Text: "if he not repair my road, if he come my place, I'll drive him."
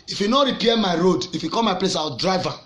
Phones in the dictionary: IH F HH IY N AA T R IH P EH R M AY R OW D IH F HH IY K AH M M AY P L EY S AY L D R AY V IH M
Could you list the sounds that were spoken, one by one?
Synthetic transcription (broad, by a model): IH F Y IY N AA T R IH P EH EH M AY R OW D IH F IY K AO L M AY P L EY S AY W D R AY V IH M